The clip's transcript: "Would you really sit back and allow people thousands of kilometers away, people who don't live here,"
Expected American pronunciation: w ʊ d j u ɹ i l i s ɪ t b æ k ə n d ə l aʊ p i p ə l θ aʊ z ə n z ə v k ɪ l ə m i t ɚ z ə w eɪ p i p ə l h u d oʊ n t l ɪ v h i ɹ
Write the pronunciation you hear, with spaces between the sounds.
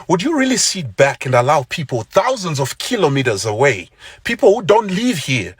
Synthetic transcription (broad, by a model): w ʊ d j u ɹ i l i s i t b æ k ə n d ə l aʊ p i p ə l θ aʊ z ə n z ə v k ɪ l ə m i t ɚ z ə w eɪ p i p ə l h u d oʊ n t l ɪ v h i ɹ